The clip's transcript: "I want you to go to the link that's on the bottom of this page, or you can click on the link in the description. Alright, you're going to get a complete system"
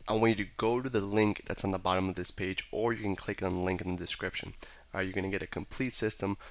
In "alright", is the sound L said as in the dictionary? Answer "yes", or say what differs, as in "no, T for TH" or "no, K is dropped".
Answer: no, L is dropped